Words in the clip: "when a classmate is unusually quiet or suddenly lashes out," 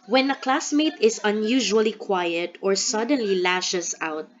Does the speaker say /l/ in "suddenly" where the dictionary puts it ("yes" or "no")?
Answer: yes